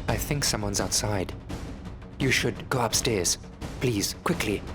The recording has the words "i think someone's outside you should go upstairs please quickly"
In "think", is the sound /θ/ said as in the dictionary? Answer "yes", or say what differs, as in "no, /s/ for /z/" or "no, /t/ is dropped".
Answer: yes